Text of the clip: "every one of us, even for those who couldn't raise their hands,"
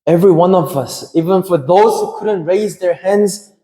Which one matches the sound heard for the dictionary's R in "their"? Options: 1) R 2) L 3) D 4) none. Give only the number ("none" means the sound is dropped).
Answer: 1